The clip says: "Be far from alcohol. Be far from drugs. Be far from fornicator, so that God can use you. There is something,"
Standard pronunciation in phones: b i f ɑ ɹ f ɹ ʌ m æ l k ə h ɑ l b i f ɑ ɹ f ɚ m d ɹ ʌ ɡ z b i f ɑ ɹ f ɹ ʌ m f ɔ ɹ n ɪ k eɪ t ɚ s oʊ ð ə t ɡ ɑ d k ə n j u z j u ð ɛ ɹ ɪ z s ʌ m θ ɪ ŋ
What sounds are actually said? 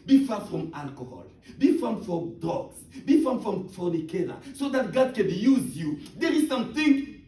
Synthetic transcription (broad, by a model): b i f ɑ f ɹ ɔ m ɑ l k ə h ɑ l b i f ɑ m f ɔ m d ɔ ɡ s b i f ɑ f ɹ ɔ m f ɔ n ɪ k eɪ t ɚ s oʊ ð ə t ɡ ɑ d k ə n j u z j u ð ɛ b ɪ s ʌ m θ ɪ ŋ